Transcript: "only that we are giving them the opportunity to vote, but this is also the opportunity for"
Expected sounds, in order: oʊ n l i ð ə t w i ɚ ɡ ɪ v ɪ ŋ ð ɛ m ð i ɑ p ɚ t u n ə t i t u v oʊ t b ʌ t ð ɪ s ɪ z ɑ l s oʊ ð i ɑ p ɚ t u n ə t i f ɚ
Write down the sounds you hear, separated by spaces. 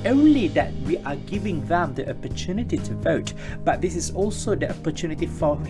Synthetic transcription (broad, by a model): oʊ n l i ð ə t w i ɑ ɡ ɪ v ɪ ŋ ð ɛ m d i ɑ p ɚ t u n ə t i t u v oʊ t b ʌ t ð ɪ s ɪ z ɑ l s oʊ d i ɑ p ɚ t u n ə t i f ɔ